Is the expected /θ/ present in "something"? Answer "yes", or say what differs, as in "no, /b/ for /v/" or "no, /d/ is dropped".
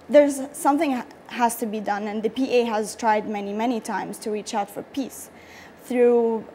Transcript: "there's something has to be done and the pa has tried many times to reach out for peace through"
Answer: yes